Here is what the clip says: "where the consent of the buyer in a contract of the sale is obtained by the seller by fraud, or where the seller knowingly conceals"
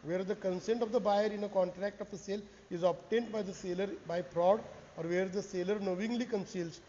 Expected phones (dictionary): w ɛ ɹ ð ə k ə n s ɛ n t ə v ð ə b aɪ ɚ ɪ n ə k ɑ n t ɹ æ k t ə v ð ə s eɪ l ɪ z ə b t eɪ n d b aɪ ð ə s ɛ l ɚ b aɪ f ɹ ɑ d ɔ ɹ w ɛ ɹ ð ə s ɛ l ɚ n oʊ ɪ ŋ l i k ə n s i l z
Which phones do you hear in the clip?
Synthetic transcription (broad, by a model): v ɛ ɹ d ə k ə n s ɛ n t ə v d ə b aɪ ɚ ɪ n ə k ɑ n t ɹ æ k t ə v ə s eɪ l ɪ z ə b t eɪ n d b aɪ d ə s ɛ l ɚ b aɪ p ɹ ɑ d ɔ ɹ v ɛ ɹ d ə s ɛ l ɚ n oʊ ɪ ŋ l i k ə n s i l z